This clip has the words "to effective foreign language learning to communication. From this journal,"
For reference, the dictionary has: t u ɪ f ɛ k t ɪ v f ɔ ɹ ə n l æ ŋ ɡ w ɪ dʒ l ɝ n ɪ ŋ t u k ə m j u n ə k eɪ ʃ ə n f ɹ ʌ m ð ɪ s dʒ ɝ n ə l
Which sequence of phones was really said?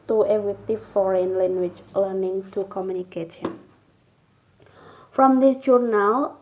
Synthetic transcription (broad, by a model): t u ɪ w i t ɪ f ɔ ɹ ə n l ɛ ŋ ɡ w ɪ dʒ l ɝ n ɪ ŋ t u k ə m j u n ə k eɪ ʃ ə n f ɹ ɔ m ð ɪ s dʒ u n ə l